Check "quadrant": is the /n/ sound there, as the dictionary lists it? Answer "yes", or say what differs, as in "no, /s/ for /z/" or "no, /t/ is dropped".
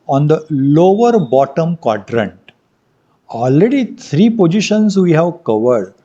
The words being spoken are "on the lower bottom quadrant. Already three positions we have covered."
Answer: yes